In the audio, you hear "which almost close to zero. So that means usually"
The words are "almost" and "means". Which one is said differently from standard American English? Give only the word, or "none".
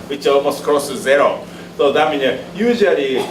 means